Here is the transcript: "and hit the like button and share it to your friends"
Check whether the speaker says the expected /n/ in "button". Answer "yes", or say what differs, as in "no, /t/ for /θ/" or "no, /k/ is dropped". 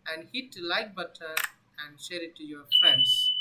no, /n/ is dropped